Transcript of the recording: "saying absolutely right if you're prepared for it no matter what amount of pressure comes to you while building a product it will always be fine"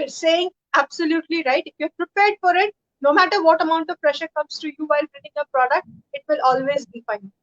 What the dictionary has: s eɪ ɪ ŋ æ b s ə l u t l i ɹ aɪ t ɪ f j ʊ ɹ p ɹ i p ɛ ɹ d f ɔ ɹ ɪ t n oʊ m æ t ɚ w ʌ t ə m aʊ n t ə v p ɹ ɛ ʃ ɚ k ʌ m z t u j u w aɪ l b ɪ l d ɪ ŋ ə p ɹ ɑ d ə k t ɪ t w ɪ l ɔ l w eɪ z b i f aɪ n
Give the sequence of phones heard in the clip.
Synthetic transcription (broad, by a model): s eɪ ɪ ŋ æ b s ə l u t l i ɹ aɪ t ɪ f j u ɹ p ɹ i p ɛ ɹ d f ɔ ɹ ɪ t n oʊ m æ t ɚ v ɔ t ə m aʊ n t ə v p ɹ ɛ ʃ ɚ k ʌ m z t u j u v aɪ l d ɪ n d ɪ ŋ ə p ɹ ɑ d ə k t ɪ t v ɪ l ɔ l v eɪ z b i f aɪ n